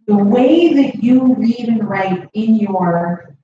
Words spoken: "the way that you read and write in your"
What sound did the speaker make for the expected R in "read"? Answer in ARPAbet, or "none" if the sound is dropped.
L